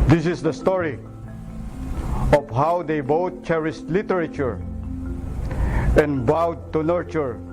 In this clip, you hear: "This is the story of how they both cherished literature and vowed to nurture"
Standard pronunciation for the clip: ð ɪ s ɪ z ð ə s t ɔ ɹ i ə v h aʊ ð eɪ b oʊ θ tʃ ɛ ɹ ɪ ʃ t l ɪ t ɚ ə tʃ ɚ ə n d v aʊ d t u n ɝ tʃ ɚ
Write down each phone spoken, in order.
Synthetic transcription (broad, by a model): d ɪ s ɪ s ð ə s t ɔ ɹ i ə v h aʊ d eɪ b oʊ t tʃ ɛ ɹ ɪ s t l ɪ t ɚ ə tʃ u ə n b aʊ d t u n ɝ tʃ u